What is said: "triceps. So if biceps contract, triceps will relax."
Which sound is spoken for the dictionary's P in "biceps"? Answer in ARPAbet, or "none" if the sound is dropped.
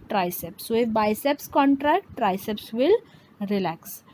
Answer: P